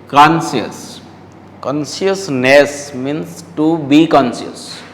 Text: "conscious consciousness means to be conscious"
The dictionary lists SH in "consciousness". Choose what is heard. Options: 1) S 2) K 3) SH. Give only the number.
1